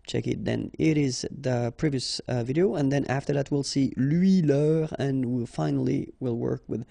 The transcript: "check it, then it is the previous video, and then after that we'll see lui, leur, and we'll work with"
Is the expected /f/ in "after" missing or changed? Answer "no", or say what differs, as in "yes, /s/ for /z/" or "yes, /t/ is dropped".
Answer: no